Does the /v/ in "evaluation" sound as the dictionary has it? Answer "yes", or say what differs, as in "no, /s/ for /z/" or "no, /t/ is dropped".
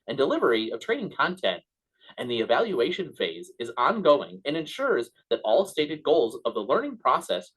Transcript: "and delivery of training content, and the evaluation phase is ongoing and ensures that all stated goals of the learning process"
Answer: yes